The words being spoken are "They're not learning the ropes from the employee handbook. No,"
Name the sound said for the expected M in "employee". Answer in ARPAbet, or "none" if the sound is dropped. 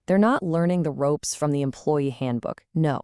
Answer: M